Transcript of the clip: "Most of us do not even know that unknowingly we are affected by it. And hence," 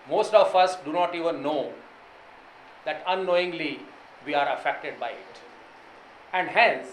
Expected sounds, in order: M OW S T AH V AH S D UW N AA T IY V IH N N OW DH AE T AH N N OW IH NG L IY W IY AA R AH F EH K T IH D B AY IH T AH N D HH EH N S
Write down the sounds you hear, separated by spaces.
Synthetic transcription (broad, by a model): M OW S T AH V AH S D UW N AA T IY V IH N N OW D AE T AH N N OW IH NG L IY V IY AA R AH F EH K T IH D B AY IH T AH N D HH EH N S